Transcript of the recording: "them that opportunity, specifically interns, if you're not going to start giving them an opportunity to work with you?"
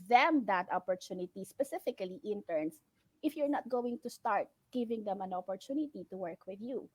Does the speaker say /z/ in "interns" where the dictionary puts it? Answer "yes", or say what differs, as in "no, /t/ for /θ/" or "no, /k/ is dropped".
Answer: no, /s/ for /z/